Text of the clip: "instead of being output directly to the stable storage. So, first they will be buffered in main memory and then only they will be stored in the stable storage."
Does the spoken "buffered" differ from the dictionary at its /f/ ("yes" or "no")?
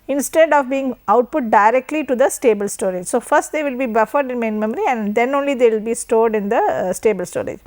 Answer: no